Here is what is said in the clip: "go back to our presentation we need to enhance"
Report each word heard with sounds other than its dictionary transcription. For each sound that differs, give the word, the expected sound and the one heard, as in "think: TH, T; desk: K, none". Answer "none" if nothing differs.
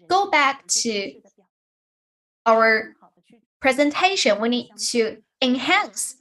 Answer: none